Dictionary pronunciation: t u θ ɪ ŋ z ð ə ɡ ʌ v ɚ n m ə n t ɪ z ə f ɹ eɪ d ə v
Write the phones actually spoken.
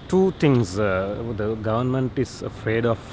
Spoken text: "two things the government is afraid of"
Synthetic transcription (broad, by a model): t u t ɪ ŋ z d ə ɡ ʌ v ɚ n m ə n t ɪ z ə f ɹ eɪ d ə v